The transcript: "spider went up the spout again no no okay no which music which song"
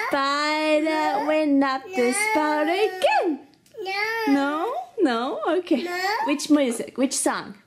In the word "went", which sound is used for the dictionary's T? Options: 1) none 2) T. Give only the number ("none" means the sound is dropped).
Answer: 1